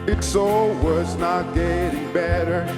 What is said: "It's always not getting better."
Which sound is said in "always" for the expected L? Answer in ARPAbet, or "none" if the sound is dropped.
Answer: none